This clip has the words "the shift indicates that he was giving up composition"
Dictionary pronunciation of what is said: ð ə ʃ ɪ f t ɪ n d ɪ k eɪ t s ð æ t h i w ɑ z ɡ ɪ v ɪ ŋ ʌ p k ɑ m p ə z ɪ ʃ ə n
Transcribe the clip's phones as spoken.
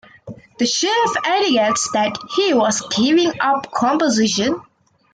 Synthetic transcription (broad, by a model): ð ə ʃ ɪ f ɛ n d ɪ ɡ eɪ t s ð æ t h i w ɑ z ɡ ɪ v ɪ ŋ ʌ p k ɑ m p ə z ɪ ʃ ə n